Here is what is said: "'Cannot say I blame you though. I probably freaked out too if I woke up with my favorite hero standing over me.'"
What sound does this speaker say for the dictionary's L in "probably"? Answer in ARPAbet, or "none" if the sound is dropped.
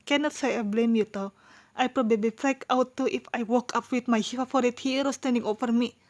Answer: L